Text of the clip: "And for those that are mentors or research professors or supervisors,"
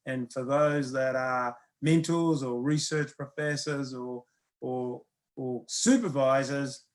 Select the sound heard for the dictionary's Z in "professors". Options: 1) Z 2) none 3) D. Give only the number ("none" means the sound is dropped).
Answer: 1